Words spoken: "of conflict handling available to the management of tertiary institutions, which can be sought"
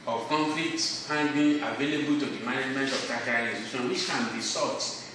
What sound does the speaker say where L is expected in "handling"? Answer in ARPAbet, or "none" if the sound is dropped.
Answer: none